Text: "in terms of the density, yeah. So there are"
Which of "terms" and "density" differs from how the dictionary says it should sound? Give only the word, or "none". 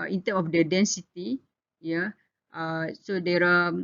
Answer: terms